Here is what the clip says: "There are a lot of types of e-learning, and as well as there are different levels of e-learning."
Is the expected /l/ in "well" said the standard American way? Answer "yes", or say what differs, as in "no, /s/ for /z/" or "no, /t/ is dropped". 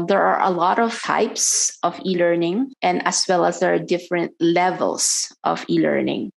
yes